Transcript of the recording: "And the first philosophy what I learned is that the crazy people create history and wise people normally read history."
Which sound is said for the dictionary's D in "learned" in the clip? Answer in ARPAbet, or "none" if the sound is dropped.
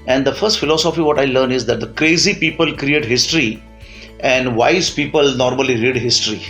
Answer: none